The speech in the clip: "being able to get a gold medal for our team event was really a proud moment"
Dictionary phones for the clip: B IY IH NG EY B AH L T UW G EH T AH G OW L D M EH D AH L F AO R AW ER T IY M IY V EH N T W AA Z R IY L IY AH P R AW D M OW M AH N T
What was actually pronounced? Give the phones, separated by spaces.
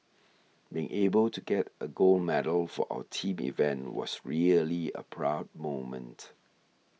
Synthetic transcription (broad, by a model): B IY IH NG EY B AH L T UW G EH T AH G OW L M EH D AH L F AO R AW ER T IY M IY V EH N T W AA S R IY L IY AH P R AW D M OW M AH N T